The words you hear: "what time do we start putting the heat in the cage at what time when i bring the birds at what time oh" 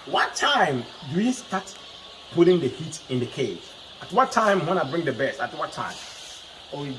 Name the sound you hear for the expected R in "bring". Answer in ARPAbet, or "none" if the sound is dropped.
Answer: R